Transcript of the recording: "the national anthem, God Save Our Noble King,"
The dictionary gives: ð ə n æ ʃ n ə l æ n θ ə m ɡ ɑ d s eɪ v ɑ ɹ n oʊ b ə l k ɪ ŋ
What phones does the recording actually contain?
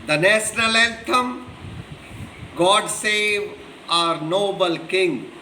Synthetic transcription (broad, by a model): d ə n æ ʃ n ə l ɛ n t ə m ɡ ɑ d s eɪ v ɑ ɹ n oʊ b ə l k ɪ ŋ